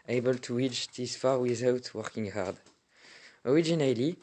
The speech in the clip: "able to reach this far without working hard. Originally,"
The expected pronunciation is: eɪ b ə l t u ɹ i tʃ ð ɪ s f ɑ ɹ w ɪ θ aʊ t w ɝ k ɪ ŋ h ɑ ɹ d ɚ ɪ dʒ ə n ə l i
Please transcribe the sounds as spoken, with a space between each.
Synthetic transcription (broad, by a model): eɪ b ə l t u w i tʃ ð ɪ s f ɑ ɹ w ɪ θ aʊ t w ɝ k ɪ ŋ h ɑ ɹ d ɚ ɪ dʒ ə n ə l i